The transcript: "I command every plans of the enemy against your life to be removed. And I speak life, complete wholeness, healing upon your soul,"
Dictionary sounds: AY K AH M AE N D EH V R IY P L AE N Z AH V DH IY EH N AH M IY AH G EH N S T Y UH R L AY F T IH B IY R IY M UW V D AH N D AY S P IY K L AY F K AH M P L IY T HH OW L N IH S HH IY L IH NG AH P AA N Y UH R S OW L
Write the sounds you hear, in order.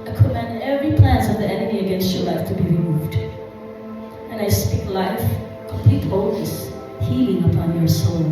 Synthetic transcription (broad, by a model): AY K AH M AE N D EH V R IY P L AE N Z AH V DH IY EH N AH M IY AH G EH N S T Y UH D L AY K T IH B IY R IY M UW V D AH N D AY S P IY K L AY F K AH M P L IY T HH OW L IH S HH IY L IH NG AH P AA N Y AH R S OW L